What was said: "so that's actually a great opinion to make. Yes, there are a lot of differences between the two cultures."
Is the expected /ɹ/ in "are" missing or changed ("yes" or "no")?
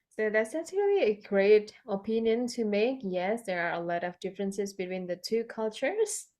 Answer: no